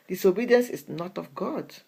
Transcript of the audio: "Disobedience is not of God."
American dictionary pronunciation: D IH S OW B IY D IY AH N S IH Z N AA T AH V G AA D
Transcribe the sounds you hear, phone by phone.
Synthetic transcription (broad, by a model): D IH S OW B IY D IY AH N S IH S N AA T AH F G AA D